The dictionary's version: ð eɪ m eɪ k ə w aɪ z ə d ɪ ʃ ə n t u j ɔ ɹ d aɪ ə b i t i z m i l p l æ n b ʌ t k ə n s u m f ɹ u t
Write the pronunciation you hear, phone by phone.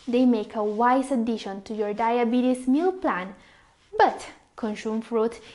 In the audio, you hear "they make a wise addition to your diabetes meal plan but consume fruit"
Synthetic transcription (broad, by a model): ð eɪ m eɪ k ə w aɪ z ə d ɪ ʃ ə n t u j ɔ ɹ d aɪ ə b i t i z m i l p l æ n b ʌ t k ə n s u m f ɹ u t